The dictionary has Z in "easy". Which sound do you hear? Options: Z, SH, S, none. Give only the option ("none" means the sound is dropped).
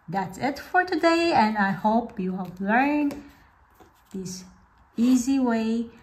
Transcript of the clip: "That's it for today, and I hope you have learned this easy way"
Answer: Z